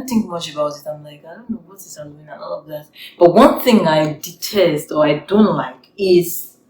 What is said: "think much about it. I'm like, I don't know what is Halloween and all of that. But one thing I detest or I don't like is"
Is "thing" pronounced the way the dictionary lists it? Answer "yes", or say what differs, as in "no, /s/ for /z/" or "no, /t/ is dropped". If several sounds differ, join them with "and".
yes